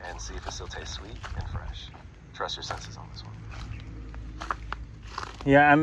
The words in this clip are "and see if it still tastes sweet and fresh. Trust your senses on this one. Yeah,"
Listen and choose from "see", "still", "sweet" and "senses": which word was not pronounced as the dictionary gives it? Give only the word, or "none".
none